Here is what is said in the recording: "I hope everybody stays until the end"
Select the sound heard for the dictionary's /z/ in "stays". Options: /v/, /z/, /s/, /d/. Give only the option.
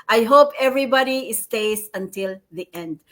/s/